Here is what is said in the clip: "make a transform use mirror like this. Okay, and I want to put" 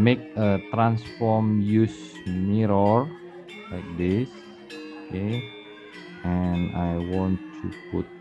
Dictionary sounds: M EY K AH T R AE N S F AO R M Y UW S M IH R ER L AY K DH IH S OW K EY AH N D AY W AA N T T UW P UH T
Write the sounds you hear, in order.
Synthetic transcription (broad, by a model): M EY K AH T R AE N S F AO R M Y UW S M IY R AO L AY K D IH S OW K EY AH N AY W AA N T T UW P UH T